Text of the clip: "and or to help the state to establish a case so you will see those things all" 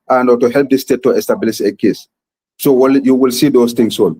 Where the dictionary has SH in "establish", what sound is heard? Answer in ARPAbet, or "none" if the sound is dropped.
S